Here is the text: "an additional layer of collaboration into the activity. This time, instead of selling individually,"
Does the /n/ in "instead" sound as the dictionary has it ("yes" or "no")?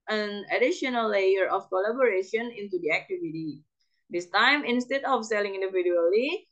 yes